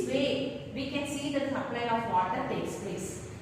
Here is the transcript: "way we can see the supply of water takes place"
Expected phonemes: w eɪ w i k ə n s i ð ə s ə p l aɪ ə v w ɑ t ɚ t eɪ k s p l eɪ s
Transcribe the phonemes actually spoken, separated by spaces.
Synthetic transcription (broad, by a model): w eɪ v i k ə n s i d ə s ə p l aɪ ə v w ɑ t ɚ t eɪ k s p l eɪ s